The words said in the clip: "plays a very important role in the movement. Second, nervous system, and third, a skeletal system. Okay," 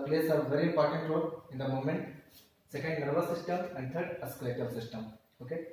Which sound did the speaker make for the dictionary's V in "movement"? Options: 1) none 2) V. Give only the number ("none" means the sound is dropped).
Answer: 1